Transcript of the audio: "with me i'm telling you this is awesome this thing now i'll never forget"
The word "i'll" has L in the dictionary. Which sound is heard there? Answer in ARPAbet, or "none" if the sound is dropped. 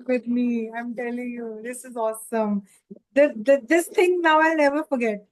L